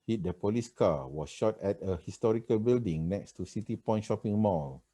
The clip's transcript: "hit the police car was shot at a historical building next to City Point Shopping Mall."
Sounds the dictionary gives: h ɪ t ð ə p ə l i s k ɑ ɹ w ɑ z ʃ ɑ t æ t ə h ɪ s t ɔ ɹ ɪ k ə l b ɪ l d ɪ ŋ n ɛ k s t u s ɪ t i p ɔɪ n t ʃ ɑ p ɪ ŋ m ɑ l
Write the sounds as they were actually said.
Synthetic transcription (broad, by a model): h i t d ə p ə l i s k ɑ w ɑ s ʃ ɑ t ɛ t ə h ɪ s t ɔ ɹ ɪ k ə l b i l d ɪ ŋ n ɛ k s t u s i t i p ɔɪ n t ʃ ɑ p ɪ ŋ m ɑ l